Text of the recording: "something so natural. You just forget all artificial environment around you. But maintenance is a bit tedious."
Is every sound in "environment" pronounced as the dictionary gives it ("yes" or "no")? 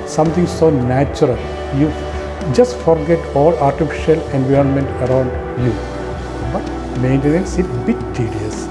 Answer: yes